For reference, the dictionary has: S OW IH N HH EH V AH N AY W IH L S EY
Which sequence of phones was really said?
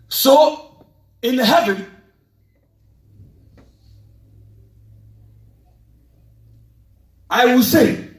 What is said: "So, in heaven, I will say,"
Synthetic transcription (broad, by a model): S OW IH N HH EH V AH AY W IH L S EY